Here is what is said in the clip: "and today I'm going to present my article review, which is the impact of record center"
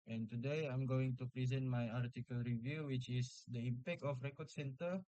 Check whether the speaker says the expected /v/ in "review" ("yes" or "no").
yes